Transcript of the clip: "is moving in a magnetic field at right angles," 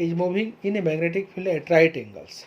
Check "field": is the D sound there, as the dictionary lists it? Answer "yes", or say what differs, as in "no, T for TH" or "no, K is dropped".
no, D is dropped